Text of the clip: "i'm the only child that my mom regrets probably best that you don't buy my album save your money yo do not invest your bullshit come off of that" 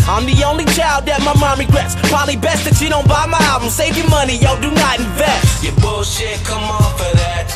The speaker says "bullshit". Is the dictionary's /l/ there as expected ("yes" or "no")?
no